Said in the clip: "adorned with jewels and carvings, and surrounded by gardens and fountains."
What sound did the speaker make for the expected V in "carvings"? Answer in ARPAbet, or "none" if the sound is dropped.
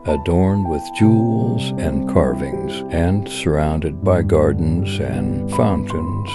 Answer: V